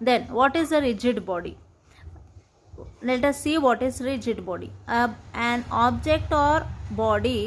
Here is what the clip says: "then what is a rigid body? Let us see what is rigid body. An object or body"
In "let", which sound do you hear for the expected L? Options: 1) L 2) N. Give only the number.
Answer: 2